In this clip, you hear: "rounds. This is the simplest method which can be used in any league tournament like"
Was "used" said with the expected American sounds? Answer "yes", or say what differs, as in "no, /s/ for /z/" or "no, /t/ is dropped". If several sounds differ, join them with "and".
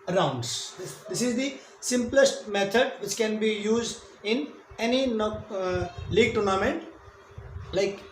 yes